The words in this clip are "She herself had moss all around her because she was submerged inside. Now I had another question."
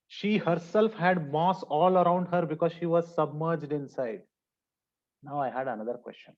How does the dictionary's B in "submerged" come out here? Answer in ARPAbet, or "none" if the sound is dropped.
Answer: B